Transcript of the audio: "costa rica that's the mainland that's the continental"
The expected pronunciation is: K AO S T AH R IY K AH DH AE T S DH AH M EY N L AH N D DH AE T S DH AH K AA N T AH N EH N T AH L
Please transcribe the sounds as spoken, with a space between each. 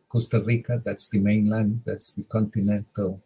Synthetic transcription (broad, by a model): K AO S T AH R IY K AH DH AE T S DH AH M EY N L AH N D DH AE T S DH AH K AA N T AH N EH N T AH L